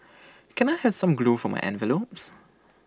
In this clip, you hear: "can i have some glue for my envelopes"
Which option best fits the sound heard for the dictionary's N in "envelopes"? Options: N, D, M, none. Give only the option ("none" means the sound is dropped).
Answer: N